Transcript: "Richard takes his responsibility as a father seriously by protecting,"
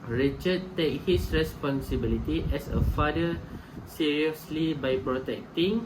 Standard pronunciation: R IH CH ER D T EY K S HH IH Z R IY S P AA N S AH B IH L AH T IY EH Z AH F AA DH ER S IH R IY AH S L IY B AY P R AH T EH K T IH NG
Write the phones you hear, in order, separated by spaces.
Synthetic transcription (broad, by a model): R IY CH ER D T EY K HH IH S R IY S P AA N S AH B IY L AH T IY EH S AH F AA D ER S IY R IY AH S L IY B AY P R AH T EH K T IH NG